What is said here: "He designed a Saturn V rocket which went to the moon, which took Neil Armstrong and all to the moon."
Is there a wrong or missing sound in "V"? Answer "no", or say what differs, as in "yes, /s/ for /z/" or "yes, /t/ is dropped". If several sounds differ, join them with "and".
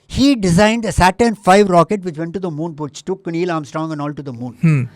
yes, /f/ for /v/